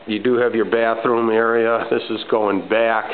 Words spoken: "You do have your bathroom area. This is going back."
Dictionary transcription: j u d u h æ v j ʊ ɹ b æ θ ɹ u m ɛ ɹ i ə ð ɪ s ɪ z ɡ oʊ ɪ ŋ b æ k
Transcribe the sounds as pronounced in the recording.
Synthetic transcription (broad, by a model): j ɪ d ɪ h v j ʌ ɹ b æ θ ɹ u m ɛ ɹ i ə ð ɪ s ɪ z ɡ oʊ ɪ ŋ b æ k